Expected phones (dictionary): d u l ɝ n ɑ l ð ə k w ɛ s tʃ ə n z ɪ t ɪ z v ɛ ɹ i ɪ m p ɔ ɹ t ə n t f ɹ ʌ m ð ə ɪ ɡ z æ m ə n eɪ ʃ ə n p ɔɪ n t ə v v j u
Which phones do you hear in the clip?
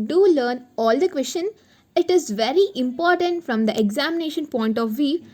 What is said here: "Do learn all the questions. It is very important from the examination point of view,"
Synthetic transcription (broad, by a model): d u l ɝ n ɑ l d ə k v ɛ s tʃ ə n ɪ t ɪ z v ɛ ɹ i ɪ m p ɔ ɹ t ə n t f ɹ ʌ m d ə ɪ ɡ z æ m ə n eɪ ʃ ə n p ɔɪ n t ə v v j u